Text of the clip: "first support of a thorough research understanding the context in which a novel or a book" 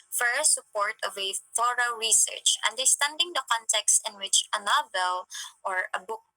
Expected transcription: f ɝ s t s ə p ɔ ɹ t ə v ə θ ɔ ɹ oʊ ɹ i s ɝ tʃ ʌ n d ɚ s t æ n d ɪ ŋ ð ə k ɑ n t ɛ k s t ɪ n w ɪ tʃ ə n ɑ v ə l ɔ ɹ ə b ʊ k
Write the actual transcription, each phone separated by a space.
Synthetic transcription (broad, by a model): f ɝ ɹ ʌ s ə p ɔ ɹ t ə v ə f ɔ ɹ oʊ ɹ i s ɝ tʃ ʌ n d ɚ s t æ n d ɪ ŋ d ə k ɑ n t ɛ k s t ɪ n w ɪ tʃ ə n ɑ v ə l ɔ ɹ ə b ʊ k